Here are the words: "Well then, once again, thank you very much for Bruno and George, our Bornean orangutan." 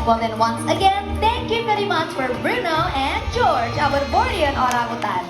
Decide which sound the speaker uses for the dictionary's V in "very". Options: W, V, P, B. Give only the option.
P